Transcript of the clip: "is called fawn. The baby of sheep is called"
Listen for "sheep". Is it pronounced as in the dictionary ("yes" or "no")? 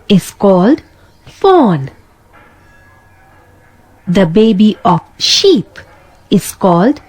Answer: yes